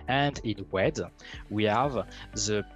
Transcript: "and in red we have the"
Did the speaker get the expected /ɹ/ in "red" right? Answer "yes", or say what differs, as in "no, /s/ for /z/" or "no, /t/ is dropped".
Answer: no, /w/ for /ɹ/